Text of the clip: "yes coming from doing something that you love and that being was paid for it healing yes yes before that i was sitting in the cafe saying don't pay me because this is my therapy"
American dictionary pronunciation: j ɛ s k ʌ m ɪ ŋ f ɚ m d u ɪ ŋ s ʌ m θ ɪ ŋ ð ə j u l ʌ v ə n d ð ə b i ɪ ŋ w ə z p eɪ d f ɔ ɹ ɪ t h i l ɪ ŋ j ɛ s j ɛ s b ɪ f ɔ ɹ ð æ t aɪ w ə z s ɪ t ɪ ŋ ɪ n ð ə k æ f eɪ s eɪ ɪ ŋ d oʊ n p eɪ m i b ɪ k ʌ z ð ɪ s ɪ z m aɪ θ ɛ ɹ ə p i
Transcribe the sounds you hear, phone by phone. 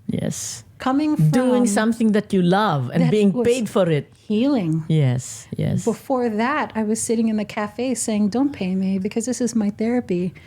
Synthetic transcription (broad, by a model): j ɛ s k ʌ m ɪ ŋ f d u ɪ ŋ s ʌ m θ ɪ ŋ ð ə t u l ʌ v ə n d b i ɪ ŋ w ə p eɪ d f ɔ ɹ ɪ t h i l ɪ ŋ j ɛ s j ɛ s b ɪ f ɔ ɹ ð æ t aɪ w ə z s ɪ t ɪ ŋ ɪ n ð ə k æ f eɪ s eɪ ɪ ŋ d oʊ n p eɪ m i b ɪ k ʌ z ð ɪ s ɪ z m aɪ θ ɛ ɹ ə p i